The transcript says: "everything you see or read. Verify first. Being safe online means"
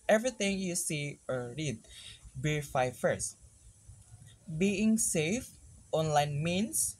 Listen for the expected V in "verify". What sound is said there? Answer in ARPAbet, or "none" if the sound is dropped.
B